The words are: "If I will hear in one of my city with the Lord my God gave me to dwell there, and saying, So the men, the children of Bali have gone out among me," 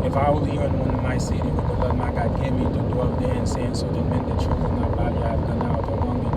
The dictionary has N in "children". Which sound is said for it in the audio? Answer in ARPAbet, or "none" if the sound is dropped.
none